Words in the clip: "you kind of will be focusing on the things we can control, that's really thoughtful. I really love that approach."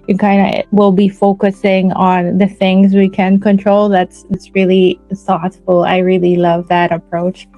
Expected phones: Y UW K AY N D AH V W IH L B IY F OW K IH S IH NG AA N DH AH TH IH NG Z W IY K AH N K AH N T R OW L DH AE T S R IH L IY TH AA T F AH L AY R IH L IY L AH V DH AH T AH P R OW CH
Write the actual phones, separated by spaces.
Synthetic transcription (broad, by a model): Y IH K AY N D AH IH W IH L B IY F OW K IH S IH NG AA N DH AH TH IH NG Z W IY K AH N K AH N T R OW L DH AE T S R IH L IY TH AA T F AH L AY R IH L IY L AH V DH AH T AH P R OW CH